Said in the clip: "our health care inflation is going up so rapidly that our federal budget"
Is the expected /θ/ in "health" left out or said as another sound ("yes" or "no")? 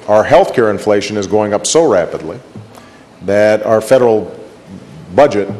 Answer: no